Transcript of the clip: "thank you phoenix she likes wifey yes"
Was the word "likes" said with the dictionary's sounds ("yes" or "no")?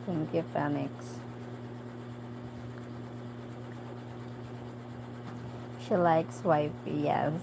yes